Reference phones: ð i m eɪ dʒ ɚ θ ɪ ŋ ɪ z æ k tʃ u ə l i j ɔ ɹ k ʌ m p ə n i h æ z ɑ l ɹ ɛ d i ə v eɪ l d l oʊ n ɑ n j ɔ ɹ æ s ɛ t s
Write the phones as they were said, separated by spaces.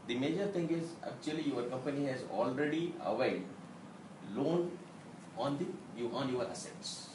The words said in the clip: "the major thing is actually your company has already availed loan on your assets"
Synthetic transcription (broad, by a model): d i m eɪ dʒ ɚ t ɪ ŋ ɪ z æ k tʃ u ə l i j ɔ ɹ k ʌ m p ə n i h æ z ɑ l ɹ ɛ d i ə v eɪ d l oʊ n ɑ n j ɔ ɹ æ s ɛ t s